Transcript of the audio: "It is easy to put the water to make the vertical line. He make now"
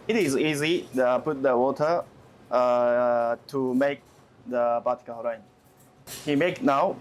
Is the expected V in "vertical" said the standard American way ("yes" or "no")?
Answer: no